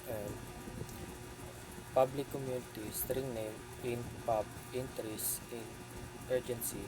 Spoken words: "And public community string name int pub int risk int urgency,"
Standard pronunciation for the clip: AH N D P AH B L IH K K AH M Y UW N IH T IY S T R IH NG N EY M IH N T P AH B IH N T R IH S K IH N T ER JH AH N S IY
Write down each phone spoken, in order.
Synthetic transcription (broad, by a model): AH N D P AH B L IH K K AH M Y UW N IH T IY S T R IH NG N EY M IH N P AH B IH N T R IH S IH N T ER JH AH N S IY